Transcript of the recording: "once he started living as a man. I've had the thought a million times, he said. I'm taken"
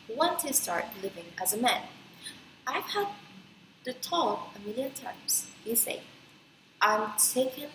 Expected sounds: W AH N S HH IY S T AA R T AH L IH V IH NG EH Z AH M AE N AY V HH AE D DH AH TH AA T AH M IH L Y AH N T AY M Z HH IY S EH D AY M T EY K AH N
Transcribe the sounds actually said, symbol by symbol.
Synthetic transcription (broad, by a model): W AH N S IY S T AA R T L IH V IH NG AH Z AH M AE N AY V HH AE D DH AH T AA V AH M IH L Y AH N T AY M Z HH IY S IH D AY M T EY K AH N